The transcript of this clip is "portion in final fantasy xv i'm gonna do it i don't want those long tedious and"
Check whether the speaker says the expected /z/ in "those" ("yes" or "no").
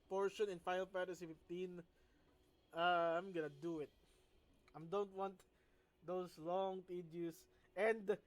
no